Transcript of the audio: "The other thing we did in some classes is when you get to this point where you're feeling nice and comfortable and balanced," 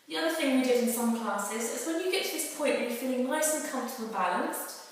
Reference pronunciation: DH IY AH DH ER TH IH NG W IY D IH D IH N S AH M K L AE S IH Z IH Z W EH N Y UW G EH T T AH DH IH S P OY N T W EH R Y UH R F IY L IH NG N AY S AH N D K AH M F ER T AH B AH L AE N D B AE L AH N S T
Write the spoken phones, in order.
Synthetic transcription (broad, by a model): DH IY AH DH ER TH IH NG W IY D IH D IH N S AH M K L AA S IH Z IH Z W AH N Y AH G EH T T AH DH IH S P OY N T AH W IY F IY L IH NG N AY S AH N K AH M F T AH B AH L B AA L AH N S T